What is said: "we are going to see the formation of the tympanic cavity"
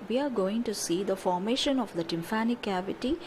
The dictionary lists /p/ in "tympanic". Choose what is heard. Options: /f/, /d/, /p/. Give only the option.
/f/